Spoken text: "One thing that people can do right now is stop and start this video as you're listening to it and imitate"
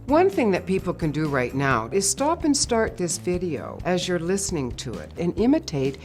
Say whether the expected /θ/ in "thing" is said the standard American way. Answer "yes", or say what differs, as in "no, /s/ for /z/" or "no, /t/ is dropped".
yes